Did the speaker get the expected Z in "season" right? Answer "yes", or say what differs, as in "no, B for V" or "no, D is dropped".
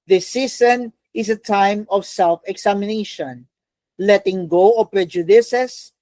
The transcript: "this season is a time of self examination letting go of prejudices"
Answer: no, S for Z